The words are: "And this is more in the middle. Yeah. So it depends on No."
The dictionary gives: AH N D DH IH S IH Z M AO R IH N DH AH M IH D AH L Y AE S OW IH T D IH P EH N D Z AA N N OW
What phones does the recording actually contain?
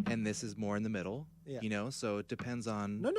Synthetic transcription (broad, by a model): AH N DH IH S IH Z M AO R IH N DH AH M IH D L Y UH S OW IH T D IH P EH N D Z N N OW